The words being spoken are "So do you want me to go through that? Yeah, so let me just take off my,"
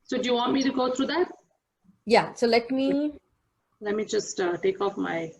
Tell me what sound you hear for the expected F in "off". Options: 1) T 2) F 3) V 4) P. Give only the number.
2